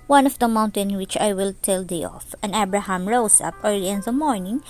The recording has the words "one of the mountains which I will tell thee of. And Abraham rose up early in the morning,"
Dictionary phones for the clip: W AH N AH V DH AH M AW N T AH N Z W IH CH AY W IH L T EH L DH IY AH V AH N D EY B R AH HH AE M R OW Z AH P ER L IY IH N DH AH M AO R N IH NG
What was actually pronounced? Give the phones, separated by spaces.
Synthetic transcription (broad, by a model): W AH N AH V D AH M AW N T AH N W IH CH AY W IH L T EH L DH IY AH F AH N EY B R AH HH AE M R OW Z AH P ER L IY IH N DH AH M AO R N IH NG